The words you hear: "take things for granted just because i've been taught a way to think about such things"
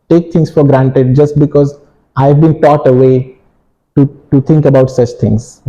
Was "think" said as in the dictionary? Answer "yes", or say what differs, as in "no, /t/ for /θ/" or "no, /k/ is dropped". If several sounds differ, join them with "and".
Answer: no, /t/ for /θ/